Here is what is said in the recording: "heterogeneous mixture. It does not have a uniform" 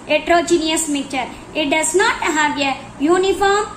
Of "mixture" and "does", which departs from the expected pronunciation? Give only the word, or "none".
mixture